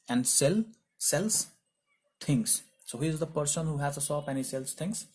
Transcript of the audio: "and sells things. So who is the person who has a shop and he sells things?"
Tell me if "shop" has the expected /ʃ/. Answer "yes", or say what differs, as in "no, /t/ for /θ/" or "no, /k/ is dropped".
no, /s/ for /ʃ/